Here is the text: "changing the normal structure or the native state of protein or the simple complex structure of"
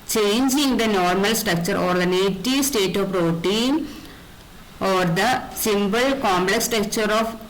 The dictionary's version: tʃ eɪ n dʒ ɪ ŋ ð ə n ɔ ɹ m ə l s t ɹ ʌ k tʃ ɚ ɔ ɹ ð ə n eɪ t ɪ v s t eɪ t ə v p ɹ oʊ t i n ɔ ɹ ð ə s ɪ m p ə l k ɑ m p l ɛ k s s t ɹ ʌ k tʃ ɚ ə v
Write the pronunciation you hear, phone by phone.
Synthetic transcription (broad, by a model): tʃ eɪ n dʒ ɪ ŋ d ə n ɔ ɹ m ə l s t ɹ ʌ k tʃ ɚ ɔ ɹ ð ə n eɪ t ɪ s t eɪ t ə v p ɹ oʊ t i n ɔ ɹ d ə s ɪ m b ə l k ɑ m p l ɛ k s s t ɹ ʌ k tʃ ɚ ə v